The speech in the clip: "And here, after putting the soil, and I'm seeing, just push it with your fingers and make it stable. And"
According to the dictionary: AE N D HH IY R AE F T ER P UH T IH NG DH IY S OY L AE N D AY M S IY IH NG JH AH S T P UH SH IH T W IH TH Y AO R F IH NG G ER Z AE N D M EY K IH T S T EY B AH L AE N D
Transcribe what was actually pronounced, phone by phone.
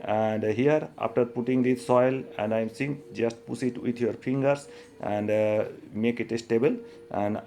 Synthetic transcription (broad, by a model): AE N D HH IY R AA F T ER P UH T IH NG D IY S OY L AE N D AY M S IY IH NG JH AH S T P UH S IH T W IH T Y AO R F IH NG G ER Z AE N D M EY K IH T S T EY B AH L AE N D